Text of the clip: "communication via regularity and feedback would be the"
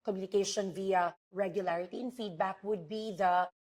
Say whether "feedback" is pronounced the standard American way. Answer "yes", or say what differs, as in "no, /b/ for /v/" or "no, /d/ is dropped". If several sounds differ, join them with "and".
yes